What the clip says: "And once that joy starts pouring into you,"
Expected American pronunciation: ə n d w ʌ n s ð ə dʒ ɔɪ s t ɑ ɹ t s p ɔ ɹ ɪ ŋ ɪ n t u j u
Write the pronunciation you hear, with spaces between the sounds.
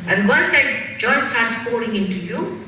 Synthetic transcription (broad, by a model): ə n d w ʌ s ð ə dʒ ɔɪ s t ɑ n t s f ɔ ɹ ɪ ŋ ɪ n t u j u